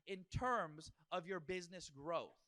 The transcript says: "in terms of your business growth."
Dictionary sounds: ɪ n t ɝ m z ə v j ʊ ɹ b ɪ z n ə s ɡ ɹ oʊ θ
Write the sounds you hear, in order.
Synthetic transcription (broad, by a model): ɪ n t ɝ m z ə v j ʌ ɹ b ɪ z n ə s ɡ ɹ oʊ θ